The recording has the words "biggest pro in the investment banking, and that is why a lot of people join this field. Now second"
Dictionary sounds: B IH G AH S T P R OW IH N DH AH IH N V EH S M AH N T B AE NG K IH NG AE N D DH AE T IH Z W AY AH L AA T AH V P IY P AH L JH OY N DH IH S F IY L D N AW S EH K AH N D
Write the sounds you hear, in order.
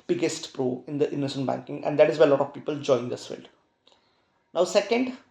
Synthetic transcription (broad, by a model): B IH G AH S T P R OW IH N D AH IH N AH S AH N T B AE NG K IH NG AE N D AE T IH Z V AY AH L AA T AH V P IY P AH L JH OY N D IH S F IY L D N AW S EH K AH N D